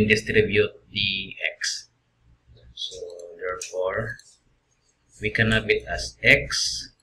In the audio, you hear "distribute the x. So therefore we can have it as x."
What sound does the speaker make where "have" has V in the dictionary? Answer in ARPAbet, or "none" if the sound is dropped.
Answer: B